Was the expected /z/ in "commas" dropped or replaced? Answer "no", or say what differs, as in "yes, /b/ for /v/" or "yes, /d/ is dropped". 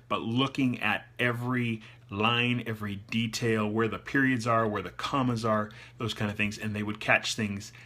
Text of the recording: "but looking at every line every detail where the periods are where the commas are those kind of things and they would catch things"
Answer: no